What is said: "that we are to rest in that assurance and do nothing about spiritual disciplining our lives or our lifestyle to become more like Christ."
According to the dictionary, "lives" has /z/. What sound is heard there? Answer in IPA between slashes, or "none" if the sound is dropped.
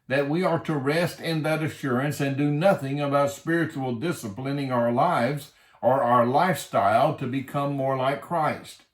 /z/